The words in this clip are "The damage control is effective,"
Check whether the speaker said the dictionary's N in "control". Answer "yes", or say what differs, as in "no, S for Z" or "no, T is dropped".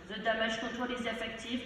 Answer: no, N is dropped